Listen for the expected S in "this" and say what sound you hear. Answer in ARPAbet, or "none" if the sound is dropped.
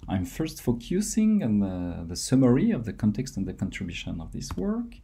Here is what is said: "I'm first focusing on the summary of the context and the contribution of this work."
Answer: S